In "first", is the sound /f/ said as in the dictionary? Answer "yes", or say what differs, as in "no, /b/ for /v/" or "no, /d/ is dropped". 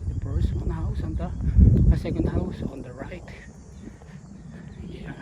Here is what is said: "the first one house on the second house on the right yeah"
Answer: no, /p/ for /f/